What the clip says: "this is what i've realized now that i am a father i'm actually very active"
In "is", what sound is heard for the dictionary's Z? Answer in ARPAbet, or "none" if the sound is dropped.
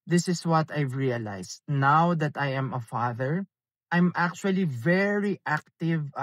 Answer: S